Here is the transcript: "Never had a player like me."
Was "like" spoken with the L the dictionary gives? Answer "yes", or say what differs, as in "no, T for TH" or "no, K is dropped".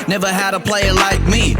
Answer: yes